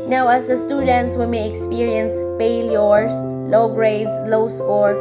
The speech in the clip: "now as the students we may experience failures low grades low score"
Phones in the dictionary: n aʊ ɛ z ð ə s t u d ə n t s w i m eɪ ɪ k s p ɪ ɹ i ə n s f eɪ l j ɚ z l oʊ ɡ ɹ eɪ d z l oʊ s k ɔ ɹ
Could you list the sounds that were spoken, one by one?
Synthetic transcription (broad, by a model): n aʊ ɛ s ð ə s t u d ə n t s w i m eɪ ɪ k s p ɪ ɹ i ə n s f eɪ l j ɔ s l oʊ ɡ ɹ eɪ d s l oʊ s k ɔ ɹ